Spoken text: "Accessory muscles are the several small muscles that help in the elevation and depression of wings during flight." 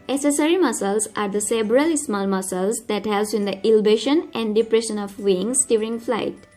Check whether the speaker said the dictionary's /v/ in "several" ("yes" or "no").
no